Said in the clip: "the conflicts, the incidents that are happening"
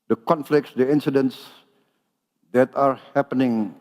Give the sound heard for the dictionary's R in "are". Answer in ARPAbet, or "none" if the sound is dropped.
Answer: R